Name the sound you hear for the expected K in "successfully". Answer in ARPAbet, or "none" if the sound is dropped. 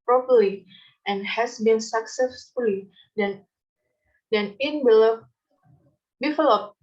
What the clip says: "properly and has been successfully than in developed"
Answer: K